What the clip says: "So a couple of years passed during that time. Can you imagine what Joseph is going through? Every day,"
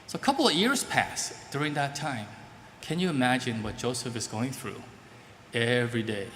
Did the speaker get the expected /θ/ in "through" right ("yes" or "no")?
yes